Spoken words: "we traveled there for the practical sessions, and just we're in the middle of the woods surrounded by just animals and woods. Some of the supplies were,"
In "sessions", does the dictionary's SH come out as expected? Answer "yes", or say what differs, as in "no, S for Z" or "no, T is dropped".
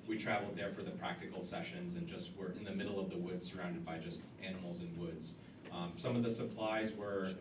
yes